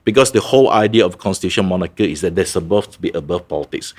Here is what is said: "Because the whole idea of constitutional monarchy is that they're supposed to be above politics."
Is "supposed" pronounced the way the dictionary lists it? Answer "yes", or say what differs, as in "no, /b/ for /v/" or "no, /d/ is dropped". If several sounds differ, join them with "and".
no, /b/ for /p/